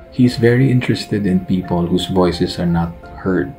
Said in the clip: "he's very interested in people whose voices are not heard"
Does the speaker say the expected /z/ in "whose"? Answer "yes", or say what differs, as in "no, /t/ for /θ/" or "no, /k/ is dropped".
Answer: no, /s/ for /z/